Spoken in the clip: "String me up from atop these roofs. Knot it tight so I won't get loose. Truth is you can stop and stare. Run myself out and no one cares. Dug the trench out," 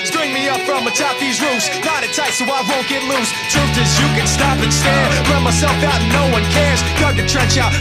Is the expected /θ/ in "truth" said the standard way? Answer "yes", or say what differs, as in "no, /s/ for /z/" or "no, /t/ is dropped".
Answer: no, /t/ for /θ/